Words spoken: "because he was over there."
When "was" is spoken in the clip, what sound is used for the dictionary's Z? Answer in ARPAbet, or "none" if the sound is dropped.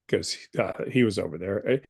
Z